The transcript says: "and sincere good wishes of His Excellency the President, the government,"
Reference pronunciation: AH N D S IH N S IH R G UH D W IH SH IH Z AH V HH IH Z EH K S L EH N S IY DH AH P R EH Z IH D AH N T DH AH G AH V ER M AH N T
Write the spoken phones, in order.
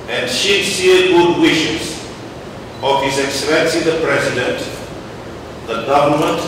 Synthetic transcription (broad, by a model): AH N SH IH S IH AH G UH D W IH SH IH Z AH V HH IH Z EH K S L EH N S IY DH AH P R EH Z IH D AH N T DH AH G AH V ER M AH N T